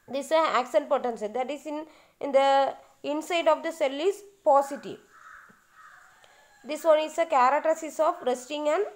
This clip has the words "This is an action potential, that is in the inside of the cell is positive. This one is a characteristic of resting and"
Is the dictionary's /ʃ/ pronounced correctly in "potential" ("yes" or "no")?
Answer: no